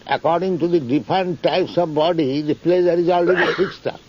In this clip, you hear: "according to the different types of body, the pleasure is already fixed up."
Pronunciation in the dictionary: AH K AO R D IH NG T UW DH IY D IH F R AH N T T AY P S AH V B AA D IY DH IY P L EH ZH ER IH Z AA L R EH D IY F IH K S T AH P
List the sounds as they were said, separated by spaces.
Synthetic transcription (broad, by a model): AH K AO R D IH NG T UW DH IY D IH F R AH N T T AY P S AH V B AA D IY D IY P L EH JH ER IH Z AA L R EH D IY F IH K S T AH